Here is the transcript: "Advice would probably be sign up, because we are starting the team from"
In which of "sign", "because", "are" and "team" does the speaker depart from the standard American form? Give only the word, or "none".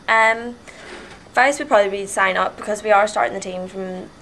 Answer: none